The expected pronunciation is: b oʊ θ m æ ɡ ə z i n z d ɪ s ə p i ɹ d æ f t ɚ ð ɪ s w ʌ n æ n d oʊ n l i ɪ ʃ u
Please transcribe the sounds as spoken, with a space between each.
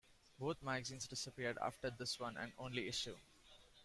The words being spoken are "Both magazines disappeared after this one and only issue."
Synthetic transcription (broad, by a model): b oʊ t m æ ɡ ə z i n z d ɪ s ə p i ɹ d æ f t ɚ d ɪ s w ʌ n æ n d oʊ n l i ɪ ʃ u